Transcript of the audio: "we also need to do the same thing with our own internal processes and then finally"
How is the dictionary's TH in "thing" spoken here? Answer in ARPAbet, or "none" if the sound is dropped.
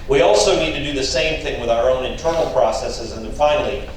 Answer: TH